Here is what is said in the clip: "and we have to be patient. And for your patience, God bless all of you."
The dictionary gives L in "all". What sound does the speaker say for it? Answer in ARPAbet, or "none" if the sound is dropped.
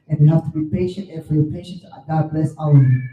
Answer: W